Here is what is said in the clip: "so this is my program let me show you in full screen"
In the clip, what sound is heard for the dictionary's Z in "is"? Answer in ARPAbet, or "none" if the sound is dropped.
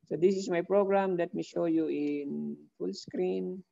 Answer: S